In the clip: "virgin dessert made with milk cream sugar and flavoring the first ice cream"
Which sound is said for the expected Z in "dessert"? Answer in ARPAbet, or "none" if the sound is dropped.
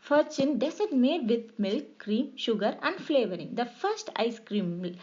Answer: S